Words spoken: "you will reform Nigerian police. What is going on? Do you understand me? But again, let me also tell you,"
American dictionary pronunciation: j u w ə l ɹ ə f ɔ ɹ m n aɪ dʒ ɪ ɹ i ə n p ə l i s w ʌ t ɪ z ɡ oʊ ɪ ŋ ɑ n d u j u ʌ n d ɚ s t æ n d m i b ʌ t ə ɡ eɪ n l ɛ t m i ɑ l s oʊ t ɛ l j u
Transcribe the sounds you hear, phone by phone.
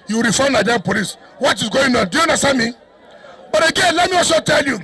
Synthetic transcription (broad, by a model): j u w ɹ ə f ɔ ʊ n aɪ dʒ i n p ə l i s w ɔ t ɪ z ɡ oʊ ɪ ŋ ɑ n d u j u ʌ n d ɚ s t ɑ n m i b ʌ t ə ɡ eɪ n l ɛ t m i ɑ s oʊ t ɛ l j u